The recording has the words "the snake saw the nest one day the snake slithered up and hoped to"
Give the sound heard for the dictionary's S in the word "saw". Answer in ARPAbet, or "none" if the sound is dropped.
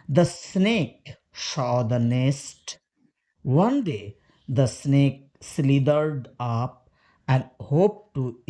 SH